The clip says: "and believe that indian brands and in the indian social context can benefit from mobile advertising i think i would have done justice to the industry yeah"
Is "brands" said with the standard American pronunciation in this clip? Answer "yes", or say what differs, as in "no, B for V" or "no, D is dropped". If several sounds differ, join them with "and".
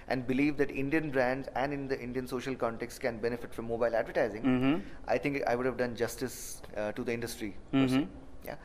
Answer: yes